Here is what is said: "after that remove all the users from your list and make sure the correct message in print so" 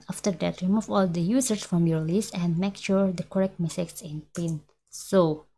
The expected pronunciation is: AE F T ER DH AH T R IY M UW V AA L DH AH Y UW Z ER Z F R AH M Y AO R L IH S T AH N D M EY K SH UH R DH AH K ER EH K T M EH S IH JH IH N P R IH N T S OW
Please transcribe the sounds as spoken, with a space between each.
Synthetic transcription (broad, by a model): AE F T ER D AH T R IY M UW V AA L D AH Y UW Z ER S F R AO M Y AO R L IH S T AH N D M EY K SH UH R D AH K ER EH K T M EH S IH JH IH N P IH N S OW